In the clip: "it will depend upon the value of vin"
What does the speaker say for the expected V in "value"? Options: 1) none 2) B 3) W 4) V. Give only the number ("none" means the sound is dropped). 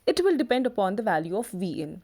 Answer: 4